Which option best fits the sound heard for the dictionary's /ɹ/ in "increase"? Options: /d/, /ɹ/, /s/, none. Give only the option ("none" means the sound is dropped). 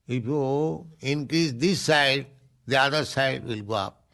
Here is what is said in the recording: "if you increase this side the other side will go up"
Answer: /ɹ/